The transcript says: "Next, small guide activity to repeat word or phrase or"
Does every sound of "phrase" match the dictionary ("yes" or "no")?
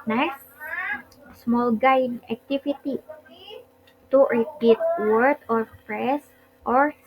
no